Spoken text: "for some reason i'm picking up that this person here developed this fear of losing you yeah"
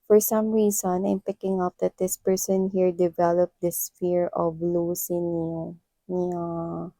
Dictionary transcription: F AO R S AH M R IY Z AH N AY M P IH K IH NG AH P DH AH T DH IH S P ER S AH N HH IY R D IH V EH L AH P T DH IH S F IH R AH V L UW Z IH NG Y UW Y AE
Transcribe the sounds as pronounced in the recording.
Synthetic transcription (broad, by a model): F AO R S AH M R IY S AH N AY M P IH K IH NG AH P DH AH T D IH S P ER S AH N HH IY R D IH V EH L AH P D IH S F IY R AH V L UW S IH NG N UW